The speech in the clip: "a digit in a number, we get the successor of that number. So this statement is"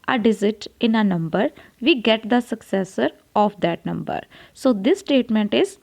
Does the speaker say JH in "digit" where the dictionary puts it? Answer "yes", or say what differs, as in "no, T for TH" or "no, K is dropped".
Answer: no, Z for JH